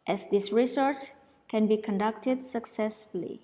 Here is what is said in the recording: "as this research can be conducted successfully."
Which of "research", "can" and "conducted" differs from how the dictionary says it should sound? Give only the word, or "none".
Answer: research